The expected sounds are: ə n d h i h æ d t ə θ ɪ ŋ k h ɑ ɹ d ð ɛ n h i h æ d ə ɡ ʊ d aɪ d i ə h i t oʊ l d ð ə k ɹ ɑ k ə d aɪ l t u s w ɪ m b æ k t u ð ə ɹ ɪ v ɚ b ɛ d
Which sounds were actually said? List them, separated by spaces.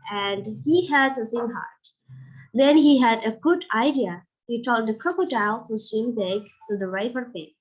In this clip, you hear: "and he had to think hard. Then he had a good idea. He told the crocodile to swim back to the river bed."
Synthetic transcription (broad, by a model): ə n d h i h æ d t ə s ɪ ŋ h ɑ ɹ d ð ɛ n h i h æ d ə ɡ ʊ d aɪ d i ə h i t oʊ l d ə k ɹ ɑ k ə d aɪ l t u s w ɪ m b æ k t u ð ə ɹ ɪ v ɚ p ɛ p